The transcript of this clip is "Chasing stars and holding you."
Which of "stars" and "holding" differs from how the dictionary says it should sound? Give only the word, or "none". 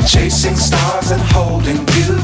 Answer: none